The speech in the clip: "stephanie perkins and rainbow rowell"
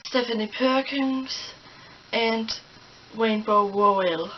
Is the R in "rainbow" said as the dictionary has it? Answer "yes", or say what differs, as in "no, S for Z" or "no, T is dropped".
no, W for R